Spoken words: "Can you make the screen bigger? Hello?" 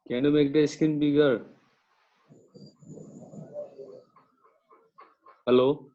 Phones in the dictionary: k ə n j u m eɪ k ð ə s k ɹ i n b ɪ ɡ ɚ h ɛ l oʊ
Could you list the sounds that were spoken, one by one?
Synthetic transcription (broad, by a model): k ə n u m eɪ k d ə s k i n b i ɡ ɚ h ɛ l oʊ